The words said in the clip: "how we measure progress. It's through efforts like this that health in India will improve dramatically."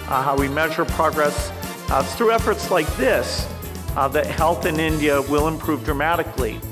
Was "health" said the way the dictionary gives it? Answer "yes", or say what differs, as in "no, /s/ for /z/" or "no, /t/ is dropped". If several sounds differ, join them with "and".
yes